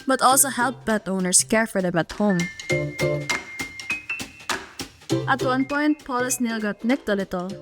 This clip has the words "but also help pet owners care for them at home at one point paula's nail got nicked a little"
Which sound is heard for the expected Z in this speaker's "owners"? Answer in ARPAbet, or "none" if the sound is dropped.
S